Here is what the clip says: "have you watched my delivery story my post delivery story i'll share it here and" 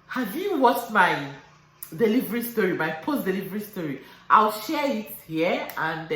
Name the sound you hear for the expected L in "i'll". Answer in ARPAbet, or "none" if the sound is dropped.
L